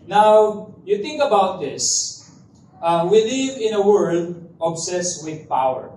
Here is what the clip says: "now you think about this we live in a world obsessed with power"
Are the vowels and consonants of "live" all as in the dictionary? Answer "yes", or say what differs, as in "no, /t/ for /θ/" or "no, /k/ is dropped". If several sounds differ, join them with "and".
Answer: yes